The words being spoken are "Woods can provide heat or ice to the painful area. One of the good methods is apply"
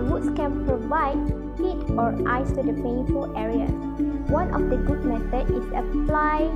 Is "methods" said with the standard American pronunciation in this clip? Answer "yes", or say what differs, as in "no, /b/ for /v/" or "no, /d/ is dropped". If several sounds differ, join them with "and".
no, /z/ is dropped